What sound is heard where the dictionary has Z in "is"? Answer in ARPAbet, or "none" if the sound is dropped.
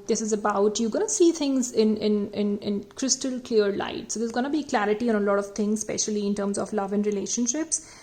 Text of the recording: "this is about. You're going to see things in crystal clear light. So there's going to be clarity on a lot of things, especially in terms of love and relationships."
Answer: Z